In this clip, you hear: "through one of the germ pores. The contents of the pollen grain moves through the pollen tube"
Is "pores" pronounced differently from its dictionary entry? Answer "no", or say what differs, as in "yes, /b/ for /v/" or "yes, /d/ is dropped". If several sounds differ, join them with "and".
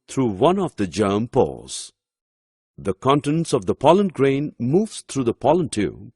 yes, /l/ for /ɹ/